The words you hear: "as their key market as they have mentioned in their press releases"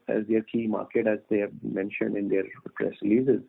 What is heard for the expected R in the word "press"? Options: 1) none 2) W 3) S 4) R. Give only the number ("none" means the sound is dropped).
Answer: 4